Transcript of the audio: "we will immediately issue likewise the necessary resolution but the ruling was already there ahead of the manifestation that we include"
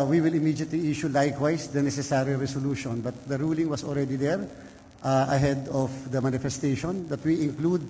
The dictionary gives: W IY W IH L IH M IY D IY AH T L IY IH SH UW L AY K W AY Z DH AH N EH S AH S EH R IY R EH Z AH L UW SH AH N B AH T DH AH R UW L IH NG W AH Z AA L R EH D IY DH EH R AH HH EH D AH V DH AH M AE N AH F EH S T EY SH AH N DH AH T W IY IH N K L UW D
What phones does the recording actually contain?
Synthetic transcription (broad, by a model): W IY W IH L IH M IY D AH T L IY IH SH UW L AY K W AY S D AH N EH S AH S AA R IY R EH S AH L UW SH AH N B AH T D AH R UW L IH NG W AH S AA L R EH D IY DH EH R AH HH EH D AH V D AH M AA N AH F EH S T EY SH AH N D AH T W IY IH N K L UW D